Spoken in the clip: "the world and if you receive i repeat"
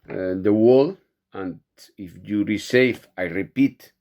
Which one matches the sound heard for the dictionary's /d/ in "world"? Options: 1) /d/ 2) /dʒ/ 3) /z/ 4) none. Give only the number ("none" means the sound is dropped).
4